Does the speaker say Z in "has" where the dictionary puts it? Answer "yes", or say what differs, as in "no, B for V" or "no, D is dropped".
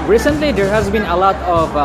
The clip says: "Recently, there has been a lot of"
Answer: yes